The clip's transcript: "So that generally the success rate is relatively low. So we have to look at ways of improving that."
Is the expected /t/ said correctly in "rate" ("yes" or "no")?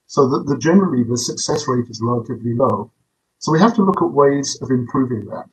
yes